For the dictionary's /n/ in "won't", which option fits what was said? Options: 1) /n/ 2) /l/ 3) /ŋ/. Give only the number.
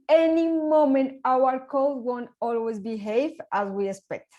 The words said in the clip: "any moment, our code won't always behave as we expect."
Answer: 1